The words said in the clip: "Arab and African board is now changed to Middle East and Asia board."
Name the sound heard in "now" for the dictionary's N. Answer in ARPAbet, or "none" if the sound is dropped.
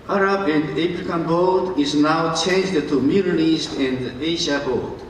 N